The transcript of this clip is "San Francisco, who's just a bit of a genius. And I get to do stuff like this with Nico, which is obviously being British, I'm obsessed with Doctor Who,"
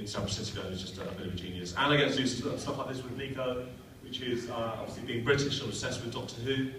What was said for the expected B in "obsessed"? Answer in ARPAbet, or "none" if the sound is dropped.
none